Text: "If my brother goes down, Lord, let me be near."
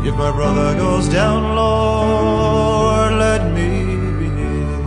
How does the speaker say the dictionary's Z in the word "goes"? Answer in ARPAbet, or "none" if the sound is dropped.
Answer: Z